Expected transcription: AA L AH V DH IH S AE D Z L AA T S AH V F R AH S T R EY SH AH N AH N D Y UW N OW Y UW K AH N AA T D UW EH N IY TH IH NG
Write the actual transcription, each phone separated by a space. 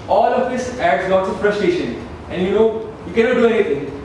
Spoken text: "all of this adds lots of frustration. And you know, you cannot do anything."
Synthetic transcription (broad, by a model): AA L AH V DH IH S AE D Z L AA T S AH F R AH S T R EY SH AH N AH N D Y UW N OW Y UW K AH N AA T D UW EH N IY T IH NG